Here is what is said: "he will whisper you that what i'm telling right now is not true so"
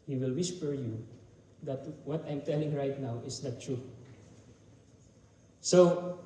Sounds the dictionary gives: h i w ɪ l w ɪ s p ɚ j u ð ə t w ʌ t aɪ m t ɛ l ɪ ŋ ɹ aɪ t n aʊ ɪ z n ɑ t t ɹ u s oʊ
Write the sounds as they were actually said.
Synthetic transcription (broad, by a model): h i w ɪ l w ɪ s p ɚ j u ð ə t w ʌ t aɪ m t ɛ l ɪ ŋ ɹ aɪ t n aʊ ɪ s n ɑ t t ɹ u s oʊ